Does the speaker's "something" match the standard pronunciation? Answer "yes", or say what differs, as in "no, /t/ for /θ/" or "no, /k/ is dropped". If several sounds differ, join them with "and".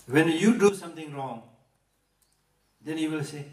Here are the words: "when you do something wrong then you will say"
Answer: no, /t/ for /θ/